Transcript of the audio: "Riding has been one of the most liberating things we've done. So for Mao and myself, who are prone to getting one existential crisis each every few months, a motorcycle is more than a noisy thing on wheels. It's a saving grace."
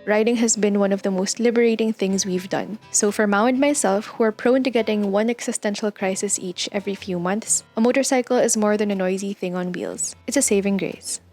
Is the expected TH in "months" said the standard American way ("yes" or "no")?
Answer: yes